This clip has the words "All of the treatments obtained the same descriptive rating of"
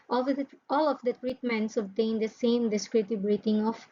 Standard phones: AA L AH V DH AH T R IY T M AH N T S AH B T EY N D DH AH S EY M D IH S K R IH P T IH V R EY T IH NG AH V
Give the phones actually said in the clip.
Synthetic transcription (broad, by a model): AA L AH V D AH T R IY T M AH N T S AH B T EY N D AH S EY M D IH S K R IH T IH B R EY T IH NG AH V